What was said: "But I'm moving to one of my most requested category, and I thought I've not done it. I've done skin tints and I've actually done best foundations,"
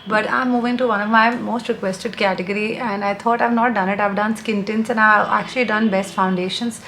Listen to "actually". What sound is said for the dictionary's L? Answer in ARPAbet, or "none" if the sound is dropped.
L